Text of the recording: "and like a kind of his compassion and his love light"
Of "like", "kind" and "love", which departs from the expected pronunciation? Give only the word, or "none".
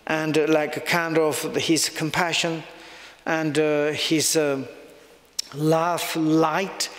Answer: love